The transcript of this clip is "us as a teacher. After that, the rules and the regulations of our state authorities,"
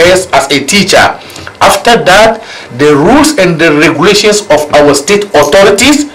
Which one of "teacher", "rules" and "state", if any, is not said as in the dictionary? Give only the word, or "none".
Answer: rules